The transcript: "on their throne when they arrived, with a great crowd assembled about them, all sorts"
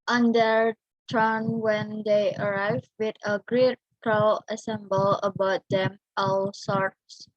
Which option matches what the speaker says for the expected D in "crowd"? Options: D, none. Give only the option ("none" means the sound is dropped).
none